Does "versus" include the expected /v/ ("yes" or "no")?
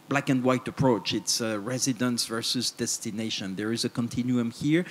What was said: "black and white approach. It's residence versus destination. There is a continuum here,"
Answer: yes